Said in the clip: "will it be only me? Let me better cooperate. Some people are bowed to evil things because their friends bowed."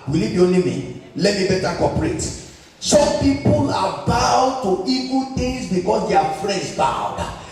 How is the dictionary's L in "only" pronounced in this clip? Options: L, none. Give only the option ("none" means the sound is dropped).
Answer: none